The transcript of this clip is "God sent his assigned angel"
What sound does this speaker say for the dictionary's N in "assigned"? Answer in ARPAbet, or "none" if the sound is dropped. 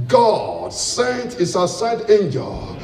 none